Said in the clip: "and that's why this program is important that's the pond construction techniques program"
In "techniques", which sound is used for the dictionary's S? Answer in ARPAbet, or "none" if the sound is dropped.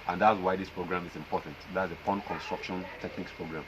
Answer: S